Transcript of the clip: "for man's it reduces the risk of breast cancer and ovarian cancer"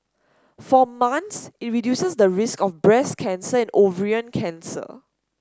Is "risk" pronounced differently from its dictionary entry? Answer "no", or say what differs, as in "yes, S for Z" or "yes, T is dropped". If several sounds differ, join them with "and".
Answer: no